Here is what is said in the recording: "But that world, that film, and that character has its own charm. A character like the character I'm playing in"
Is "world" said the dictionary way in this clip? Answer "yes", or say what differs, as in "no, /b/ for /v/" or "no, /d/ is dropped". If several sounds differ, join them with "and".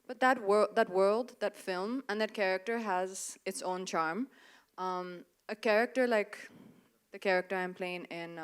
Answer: yes